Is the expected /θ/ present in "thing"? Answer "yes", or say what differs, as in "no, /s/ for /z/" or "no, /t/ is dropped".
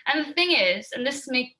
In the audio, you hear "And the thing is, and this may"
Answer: yes